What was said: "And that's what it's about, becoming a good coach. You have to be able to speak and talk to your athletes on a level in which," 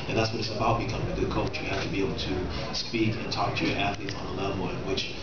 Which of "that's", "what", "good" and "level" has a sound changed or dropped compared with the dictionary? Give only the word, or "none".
level